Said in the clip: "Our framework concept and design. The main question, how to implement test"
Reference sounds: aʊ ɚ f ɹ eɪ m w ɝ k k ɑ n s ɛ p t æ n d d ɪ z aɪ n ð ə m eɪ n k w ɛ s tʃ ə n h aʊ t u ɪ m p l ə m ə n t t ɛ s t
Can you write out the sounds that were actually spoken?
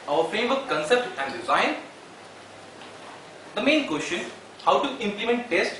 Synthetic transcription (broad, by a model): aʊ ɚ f ɹ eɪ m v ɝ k k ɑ n s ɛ p t æ n d d ɪ z aɪ n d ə m eɪ n k w ɛ s tʃ ə n h aʊ t u ɪ m p l ə m ə n t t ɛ s t